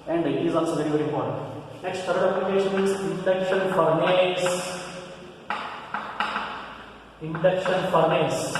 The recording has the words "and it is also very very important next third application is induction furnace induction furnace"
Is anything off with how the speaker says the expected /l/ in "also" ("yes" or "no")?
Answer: yes